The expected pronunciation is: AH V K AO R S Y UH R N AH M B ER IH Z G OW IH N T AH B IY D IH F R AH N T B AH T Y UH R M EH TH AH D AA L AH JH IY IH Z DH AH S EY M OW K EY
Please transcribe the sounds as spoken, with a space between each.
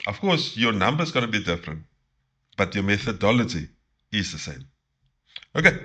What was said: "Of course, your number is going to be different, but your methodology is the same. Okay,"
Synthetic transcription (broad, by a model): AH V K AO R S Y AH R N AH M B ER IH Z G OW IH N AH B IY D IH F R AH N T B AH T Y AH M EH TH AH D AA L AH JH IY IH Z DH AH S EY M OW K EY